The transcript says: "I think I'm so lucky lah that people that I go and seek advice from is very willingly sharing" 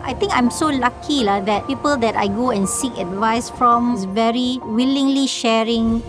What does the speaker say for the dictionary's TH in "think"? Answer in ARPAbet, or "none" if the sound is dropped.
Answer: T